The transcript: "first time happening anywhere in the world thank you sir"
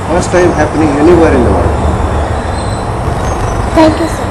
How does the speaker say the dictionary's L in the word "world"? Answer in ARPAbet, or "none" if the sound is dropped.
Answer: none